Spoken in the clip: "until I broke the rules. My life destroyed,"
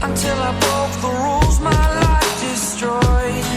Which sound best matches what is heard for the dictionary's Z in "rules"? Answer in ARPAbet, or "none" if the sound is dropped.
Z